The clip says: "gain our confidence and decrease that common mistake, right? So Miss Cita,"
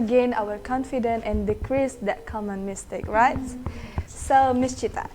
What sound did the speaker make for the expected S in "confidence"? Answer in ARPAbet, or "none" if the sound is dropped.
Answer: none